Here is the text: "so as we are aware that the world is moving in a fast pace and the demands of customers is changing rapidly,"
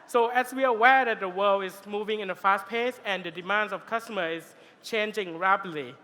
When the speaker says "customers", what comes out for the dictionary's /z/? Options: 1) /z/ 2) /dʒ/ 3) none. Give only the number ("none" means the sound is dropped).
3